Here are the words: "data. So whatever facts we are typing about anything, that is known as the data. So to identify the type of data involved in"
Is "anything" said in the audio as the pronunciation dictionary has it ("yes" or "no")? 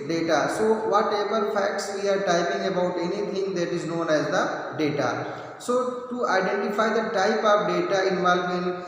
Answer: no